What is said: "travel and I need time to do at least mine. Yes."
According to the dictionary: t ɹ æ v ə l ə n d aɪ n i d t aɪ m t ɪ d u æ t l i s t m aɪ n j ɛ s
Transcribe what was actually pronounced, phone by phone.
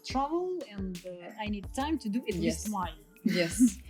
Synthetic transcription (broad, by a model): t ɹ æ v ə l ə n d aɪ n i d t aɪ m t ɪ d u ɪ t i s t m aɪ l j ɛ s